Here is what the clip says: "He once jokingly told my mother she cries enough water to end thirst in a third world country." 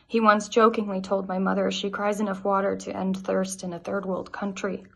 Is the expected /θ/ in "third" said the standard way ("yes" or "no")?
yes